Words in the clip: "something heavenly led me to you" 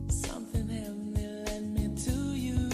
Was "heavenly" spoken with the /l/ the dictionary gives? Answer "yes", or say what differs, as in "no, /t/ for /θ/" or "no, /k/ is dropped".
no, /l/ is dropped